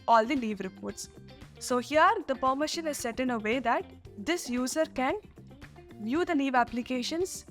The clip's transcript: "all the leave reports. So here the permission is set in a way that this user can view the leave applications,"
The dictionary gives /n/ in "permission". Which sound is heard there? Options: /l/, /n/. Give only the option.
/l/